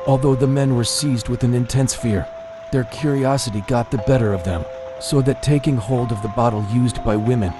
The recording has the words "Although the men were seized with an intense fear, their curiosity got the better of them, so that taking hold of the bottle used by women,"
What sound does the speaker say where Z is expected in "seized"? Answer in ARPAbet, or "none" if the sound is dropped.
Z